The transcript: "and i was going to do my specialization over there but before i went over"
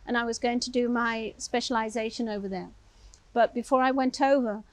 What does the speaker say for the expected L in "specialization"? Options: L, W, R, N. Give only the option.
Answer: L